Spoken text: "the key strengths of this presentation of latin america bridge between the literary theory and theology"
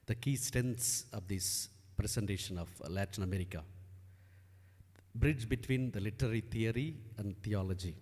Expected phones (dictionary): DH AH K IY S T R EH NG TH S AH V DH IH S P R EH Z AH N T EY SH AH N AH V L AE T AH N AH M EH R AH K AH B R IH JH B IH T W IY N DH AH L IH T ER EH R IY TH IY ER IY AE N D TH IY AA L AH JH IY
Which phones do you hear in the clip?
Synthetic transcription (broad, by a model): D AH K IY S T EH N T S AH V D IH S P R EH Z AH N T EY SH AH N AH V L AE T AH N AH M EH R AH K AH B R IH JH B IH T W IY N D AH L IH T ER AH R IY T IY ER IY AE N D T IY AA L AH JH IY